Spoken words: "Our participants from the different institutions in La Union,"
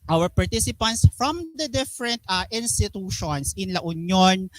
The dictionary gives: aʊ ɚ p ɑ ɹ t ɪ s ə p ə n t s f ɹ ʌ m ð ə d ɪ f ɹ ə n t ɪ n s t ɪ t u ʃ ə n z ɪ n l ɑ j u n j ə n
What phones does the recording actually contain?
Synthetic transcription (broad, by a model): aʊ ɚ p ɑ ɹ t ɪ s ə p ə n t s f ɹ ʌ m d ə d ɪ f ɹ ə n t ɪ n s t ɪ t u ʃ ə n s ɪ n l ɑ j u n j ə n